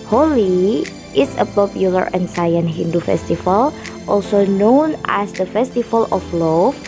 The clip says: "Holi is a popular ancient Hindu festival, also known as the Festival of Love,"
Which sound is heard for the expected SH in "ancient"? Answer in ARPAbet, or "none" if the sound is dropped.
S